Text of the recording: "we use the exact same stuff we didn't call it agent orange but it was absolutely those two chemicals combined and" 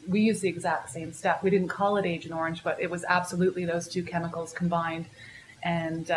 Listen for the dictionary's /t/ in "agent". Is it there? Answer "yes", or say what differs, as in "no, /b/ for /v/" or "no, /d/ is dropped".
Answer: no, /t/ is dropped